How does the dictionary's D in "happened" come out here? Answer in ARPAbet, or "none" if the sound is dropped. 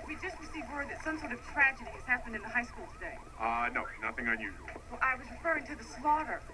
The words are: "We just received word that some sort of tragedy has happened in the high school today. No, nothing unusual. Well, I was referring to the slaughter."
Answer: D